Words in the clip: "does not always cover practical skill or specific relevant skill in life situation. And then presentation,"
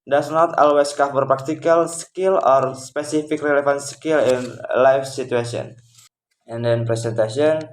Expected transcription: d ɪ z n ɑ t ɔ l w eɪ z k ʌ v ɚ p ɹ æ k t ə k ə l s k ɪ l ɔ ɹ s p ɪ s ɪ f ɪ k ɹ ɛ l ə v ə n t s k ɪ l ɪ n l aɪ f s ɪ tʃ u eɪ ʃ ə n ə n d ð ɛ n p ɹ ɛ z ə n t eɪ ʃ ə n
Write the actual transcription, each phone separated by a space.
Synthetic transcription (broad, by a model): d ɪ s n ɑ t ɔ l w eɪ s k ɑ f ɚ p ɹ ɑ k t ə k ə l s k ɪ l ɔ ɹ s p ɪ s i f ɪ k ɹ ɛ l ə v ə n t s k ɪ l ɪ n l aɪ f s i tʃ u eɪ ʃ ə n ə n d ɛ n p ɹ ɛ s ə n t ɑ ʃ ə n